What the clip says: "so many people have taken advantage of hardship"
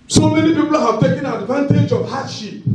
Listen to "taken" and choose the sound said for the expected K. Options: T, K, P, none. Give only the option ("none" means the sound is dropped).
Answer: K